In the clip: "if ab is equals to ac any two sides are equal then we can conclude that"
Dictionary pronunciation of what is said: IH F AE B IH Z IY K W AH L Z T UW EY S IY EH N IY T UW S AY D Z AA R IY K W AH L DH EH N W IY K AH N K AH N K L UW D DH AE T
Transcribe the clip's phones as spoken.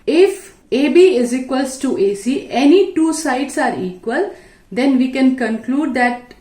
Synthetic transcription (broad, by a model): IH F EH B IH Z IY K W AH L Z T UW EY S IY EH N IY T UW S AY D S AA R IY K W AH L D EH N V IY K AH N K AH N K L UW D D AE T